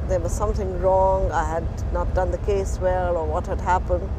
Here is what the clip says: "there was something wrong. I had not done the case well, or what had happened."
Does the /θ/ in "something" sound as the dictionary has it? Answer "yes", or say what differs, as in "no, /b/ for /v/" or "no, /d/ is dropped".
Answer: yes